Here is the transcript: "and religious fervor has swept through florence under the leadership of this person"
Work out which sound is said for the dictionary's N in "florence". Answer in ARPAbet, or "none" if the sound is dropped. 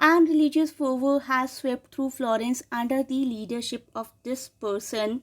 N